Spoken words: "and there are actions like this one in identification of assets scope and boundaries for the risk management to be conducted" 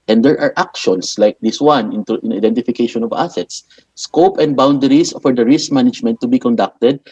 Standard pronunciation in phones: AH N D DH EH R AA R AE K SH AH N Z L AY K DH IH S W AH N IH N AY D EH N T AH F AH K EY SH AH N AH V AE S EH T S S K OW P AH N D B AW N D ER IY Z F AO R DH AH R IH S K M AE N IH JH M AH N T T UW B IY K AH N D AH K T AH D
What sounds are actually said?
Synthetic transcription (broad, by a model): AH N D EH R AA R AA K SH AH N S L AY K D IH S W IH N IH N AY D EH N T AH F AH K EY SH AH N AH V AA S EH T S S K OW P AH N D B AW N D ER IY S F AO R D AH R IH S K M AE N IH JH M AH N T T UW B IY K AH N D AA K T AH D